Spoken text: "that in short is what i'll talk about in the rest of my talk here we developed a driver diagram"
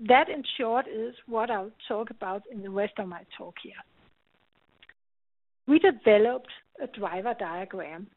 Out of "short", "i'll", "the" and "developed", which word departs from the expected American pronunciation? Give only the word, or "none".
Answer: i'll